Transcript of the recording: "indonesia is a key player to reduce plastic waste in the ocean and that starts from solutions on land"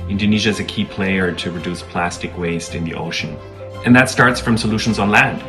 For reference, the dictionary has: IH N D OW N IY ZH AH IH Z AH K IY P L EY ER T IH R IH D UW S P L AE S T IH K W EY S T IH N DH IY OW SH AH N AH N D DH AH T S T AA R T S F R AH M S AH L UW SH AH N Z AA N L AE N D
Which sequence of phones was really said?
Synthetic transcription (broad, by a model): IH N D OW N IY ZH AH IH Z AH K IY P L EY ER T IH R IH D UW S P L AE S T IH K W EY S T IH N DH IY OW SH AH N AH N DH AH T S T AA R T S F R AH M S AH L UW SH AH N Z N L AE N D